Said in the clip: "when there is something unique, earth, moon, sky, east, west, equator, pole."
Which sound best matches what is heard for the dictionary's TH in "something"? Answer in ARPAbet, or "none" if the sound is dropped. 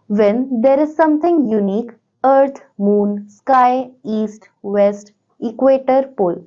T